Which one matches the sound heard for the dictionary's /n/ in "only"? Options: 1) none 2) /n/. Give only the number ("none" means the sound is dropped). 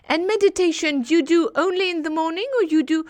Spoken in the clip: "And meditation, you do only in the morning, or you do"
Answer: 2